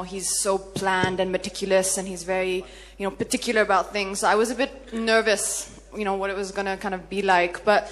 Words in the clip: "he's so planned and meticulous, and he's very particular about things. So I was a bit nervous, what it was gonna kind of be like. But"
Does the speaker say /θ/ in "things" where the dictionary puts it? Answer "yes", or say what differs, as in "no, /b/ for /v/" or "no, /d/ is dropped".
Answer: yes